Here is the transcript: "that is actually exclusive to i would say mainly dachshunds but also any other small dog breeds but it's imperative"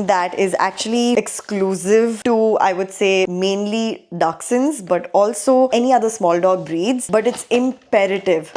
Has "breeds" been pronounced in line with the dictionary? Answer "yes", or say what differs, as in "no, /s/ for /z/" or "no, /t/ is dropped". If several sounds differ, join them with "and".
yes